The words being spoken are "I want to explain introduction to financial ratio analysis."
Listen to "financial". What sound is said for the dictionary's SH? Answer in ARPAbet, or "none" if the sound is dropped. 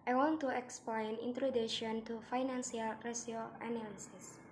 S